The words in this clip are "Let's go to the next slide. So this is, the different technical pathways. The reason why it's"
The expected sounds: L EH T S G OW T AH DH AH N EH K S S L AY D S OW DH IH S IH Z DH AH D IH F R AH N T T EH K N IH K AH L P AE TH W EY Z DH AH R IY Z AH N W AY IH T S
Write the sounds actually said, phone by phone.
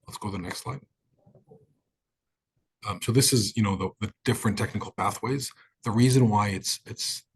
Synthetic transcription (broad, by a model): L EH T S G OW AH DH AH N EH K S S L AY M S OW DH IH S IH Z DH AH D IH F R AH N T T EH K N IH K L P AE TH W EY Z DH AH R IY Z AH N W AY IH T S